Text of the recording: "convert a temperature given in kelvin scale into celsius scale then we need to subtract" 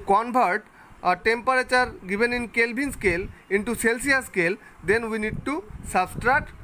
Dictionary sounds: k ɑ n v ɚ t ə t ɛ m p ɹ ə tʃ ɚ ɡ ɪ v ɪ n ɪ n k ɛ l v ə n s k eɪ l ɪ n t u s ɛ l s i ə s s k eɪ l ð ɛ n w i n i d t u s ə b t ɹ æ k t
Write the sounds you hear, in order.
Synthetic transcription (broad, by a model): k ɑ n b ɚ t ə t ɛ m p ɹ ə tʃ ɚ ɡ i b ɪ n ɪ n k ɛ l b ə n s k eɪ l ɪ n t u s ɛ l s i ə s s k eɪ l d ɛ n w i n i d t u s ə b t ɹ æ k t